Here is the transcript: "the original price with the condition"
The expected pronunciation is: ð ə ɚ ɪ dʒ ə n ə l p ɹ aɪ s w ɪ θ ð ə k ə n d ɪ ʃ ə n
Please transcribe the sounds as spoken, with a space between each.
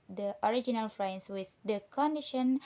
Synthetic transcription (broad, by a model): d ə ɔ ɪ dʒ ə n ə l f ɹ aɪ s w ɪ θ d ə k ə n d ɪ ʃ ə n